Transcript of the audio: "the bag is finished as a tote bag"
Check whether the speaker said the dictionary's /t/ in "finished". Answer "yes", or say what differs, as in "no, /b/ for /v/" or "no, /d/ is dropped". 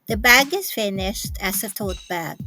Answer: yes